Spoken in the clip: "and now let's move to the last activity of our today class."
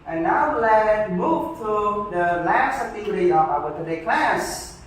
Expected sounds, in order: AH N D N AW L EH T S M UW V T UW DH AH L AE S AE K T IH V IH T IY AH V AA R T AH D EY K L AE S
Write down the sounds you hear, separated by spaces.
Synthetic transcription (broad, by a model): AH N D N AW L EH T M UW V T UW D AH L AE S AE T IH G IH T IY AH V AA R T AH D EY K L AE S